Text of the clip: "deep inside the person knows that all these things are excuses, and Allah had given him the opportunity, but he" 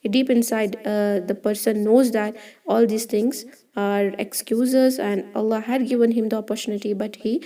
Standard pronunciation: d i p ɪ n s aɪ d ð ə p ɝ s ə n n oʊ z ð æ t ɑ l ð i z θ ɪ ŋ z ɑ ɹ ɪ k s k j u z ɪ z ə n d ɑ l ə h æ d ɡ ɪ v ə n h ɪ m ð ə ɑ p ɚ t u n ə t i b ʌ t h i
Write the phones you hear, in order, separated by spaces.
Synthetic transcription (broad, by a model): d i p ɪ n s aɪ d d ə p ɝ s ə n n oʊ z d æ t ɑ l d i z t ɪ ŋ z ɑ ɹ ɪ k s k j u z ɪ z ə n d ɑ l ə h æ d ɡ ɪ v ə n h ɪ m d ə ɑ p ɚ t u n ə t i b ʌ t h i